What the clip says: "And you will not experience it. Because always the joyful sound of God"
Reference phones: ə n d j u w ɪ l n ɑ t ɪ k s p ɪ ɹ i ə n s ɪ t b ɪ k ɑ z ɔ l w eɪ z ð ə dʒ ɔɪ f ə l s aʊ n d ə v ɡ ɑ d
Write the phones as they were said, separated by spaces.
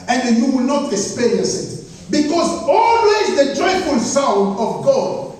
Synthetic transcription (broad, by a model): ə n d j u w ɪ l n ɑ t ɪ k s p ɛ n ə s ɪ t b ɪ k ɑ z ɔ l w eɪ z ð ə dʒ ɔɪ f ə l s aʊ n d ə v ɡ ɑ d